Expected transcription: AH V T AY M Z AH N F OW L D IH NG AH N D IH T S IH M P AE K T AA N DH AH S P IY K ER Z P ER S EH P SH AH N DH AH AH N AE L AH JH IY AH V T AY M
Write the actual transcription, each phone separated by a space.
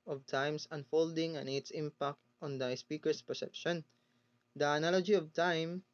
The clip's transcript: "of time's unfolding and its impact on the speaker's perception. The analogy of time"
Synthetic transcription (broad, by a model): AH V T AY M S AH N F OW L D IH NG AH N IH T S IH M P AE K T AA N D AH S P IY K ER S P ER S EH P SH AH N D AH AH N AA L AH JH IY AH V T AY M